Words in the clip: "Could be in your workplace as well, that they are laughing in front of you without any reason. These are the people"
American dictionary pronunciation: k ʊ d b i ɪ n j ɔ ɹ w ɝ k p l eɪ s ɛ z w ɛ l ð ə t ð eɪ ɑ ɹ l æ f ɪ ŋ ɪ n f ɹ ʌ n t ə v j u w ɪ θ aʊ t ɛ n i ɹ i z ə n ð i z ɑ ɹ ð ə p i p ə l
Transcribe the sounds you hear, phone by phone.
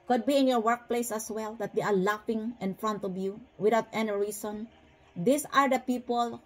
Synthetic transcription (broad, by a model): k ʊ d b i ɪ n j ɔ ɹ w ɝ k p l eɪ s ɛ s w ɛ l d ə t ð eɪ ɑ ɹ l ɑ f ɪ ŋ ɪ n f ɹ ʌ n t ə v j u w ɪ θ aʊ t ɛ n i ɹ i s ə n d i s ɑ ɹ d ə p i p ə l